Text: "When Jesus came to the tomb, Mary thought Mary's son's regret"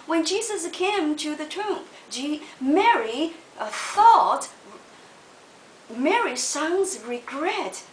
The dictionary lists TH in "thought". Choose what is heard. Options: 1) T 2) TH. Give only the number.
2